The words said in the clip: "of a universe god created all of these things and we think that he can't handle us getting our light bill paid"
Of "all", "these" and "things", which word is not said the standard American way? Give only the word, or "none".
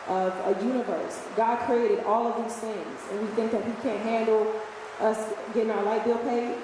none